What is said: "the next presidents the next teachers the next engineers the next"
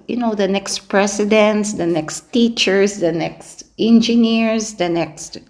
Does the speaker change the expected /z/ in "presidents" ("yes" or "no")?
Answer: yes